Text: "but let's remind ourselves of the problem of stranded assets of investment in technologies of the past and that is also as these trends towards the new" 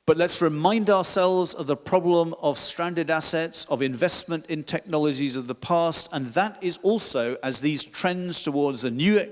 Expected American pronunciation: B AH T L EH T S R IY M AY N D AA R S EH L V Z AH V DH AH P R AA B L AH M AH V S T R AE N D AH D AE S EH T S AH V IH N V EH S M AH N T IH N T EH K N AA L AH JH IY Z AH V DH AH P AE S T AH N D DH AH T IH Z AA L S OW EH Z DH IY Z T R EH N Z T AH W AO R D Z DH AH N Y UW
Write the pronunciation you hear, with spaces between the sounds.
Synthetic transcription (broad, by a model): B AH T L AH T S R IY M AY N D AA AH S EH L V Z AH V DH AH P R AA B L AH M AH V S T R AE N D AH D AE S EH T S AH V IH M V EH S M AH N T IH N T EH K N AA L AH JH IY Z AH V DH AH P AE S T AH N DH AH T IH Z AA L S OW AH Z DH IY Z T R EH N Z T AH W AO R D Z DH AH N Y UW